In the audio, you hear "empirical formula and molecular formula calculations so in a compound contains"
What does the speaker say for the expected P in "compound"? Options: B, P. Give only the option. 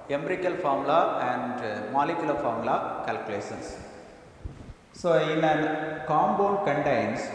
B